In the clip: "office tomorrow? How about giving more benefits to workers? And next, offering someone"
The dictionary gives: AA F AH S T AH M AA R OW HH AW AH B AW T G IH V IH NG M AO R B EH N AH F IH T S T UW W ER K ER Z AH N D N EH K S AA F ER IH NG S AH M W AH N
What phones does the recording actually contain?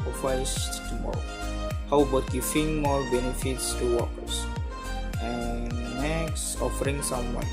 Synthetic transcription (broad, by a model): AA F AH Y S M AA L HH AW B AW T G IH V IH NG M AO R B EH N AH F IH T S T UW W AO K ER S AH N N EH K S AA F ER IH NG S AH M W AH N